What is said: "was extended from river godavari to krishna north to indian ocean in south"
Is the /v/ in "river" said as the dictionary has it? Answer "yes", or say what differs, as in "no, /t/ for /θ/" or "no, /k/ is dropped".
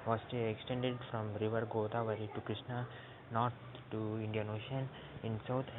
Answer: yes